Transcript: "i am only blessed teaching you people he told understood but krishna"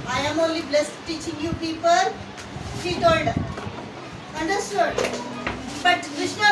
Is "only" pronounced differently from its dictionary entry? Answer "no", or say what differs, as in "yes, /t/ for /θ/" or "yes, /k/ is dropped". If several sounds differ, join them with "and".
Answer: no